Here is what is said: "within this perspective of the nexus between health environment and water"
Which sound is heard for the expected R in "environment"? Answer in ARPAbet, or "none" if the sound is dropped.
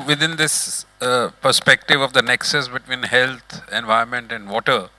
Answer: none